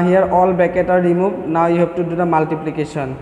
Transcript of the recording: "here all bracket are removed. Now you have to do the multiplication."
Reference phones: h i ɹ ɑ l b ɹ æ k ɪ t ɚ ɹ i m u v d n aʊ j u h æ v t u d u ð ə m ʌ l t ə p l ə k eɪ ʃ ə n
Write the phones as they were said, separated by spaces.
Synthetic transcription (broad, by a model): h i ɹ ɑ l b ɛ k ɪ t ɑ ɹ i m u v n aʊ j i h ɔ p t u d u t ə m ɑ l t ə p l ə k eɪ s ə n